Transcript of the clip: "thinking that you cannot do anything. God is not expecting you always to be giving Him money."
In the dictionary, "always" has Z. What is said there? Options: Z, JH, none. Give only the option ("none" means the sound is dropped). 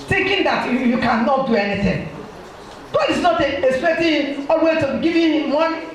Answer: none